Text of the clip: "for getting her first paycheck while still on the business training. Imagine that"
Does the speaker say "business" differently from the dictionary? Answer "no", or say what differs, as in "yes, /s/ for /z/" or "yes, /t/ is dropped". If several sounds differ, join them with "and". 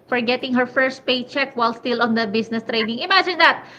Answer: yes, /s/ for /z/